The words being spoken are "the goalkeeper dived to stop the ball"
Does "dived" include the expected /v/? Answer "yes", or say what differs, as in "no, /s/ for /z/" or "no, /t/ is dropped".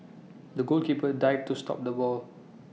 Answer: no, /v/ is dropped